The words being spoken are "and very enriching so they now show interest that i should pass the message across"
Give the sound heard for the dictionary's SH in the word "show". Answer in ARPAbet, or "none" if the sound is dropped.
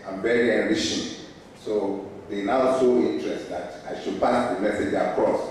S